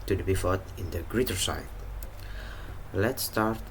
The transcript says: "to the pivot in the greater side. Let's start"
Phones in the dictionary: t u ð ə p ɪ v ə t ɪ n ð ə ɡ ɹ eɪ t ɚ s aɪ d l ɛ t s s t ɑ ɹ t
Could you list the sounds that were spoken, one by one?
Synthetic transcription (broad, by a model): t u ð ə b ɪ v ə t ɪ n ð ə ɡ ɹ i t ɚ s aɪ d l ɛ t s s t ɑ ɹ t